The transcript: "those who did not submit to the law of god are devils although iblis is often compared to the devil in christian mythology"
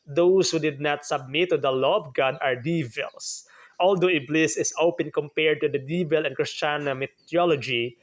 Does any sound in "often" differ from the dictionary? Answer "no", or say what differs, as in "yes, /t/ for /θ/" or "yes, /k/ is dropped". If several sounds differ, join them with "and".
yes, /p/ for /f/